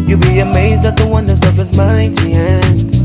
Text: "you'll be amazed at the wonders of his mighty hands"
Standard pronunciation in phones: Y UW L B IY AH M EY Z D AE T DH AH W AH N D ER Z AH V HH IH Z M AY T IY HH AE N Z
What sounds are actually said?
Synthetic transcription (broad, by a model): Y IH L B IY AH M EY Z D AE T DH AH W AH N D ER Z AH V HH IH Z M AY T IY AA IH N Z